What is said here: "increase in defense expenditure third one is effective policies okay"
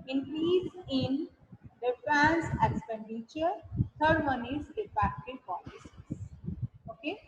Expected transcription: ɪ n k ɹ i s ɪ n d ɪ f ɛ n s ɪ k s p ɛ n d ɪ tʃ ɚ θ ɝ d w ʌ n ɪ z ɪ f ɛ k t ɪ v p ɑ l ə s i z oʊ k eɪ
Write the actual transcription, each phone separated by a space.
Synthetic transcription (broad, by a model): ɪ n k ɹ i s ɪ n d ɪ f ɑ n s ɪ k s p ɛ n d ɪ tʃ ɚ t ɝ d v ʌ n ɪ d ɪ p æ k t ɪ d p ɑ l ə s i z oʊ k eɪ